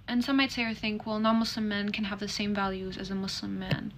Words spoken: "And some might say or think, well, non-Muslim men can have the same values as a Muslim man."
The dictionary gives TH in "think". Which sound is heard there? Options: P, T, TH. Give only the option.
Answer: TH